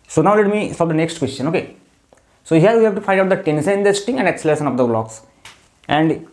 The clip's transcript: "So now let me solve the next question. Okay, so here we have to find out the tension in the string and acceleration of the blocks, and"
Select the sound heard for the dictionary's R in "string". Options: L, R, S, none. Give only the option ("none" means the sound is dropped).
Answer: none